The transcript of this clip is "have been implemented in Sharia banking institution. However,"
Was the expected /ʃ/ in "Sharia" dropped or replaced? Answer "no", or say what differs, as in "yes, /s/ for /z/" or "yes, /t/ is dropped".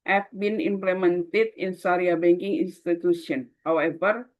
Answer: yes, /s/ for /ʃ/